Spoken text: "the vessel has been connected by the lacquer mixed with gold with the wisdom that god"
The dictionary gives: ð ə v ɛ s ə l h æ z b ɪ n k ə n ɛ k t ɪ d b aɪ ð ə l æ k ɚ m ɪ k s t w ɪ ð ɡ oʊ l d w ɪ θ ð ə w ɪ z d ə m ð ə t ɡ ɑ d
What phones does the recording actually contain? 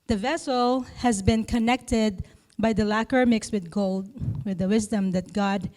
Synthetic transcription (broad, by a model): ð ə v ɛ s l h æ z b ɪ n k ə n ɛ k t ɪ d b aɪ ð ə l æ k ɚ m ɪ k s t w ɪ ð ɡ oʊ l d w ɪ ð ə w ɪ z d ə m ð ə t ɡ ɑ d